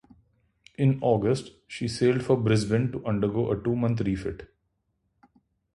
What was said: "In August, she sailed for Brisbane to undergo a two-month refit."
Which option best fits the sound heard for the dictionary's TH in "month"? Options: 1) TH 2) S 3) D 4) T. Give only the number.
4